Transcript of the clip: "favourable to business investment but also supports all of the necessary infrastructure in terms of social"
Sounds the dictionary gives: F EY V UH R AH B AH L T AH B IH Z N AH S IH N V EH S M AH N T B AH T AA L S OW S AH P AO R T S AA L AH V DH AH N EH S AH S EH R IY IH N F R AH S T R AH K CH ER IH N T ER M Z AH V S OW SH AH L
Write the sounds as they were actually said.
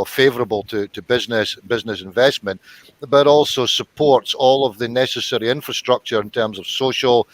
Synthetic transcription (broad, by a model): F EY V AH R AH B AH L T AH B IH Z N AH S IH N V EH S M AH N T B AH T AA L S OW S AH P AO R T S AA L AH V DH AH N EH S AH S EH R IY IH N F R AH S T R AH K CH ER IH N T ER M Z AH V S OW SH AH L